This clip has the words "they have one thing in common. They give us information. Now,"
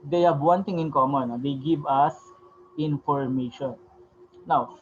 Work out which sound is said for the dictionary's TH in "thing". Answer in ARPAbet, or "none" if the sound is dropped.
T